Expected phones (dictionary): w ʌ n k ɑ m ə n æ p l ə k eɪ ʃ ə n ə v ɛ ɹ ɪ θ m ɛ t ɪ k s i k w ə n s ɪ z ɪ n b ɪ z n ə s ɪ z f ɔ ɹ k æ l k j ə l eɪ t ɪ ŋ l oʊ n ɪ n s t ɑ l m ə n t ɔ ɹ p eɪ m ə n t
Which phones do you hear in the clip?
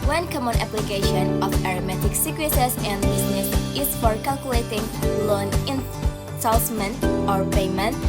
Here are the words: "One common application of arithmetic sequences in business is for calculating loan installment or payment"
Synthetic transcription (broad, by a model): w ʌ n k ɑ m ə n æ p l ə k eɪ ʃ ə n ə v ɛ ɹ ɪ m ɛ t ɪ k s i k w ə s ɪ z ɪ n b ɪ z n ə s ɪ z f ɔ ɹ k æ l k j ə l eɪ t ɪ ŋ l oʊ n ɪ n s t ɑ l m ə n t ɔ ɹ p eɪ m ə n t